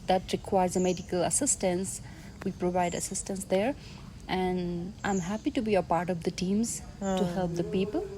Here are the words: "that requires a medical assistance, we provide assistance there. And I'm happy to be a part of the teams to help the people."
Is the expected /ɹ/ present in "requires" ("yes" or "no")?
yes